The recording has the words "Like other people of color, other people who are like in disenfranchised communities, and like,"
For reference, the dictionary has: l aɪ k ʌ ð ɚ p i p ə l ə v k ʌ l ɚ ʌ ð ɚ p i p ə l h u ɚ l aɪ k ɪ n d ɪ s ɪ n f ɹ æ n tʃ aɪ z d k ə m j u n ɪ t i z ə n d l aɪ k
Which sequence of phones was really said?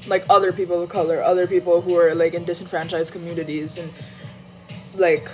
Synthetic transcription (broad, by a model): l aɪ k ʌ ð ɚ p i p l ə v k ʌ l ɚ ʌ ð ɚ p i p l h u ɚ l aɪ k ɪ n d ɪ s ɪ n f ɹ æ n tʃ aɪ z k ə m j u n ɪ t i z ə n l aɪ k